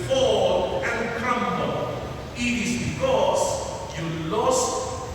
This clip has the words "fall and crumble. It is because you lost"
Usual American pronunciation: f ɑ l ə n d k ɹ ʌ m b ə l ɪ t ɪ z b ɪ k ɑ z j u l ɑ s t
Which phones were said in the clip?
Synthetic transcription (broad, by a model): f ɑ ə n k ʌ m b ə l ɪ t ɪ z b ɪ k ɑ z j u l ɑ s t